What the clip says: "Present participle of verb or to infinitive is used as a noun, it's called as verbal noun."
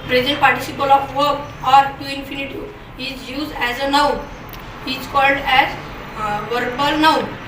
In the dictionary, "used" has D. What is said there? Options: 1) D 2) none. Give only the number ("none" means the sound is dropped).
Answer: 1